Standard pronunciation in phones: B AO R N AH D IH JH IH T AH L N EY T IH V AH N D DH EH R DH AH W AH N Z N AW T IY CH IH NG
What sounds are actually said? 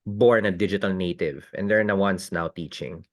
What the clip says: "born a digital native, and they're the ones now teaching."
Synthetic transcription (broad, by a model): B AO R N AH D IH JH IH T AH L N EY T IH V AH N D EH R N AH W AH N S N AW T IY CH IH NG